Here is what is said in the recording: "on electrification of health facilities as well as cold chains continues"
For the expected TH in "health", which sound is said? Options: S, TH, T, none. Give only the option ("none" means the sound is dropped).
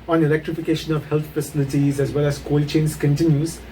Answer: T